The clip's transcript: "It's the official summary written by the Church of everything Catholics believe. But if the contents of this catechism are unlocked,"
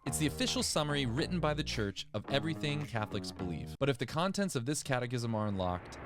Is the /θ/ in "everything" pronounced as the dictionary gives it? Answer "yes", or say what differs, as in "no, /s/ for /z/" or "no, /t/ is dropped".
yes